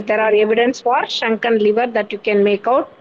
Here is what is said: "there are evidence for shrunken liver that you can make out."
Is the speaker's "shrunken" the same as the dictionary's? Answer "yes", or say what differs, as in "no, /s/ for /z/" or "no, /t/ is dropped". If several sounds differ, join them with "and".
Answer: no, /ɹ/ is dropped